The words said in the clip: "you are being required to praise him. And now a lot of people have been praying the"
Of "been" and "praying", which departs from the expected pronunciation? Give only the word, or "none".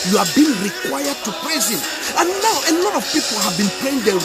praying